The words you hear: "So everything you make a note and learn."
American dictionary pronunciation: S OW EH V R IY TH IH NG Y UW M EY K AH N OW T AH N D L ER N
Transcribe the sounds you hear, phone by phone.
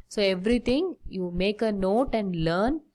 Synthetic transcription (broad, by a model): S OW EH V R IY T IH NG Y UW M EY K AH N OW T AH N D L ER N